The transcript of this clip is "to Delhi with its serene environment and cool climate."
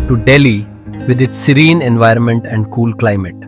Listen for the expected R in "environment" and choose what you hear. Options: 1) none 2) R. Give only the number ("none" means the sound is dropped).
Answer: 2